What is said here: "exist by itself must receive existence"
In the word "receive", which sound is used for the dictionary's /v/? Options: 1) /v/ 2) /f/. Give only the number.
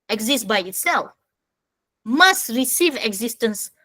1